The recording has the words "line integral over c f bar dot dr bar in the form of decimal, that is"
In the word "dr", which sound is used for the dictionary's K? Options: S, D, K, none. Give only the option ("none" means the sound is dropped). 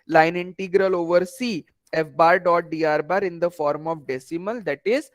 none